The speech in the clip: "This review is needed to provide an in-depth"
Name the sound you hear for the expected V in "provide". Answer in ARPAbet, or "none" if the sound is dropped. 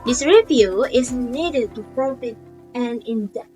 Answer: F